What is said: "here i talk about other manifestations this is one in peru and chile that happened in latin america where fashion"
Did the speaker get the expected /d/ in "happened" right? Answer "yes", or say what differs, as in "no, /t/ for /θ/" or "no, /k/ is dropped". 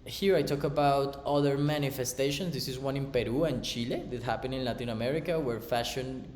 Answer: no, /d/ is dropped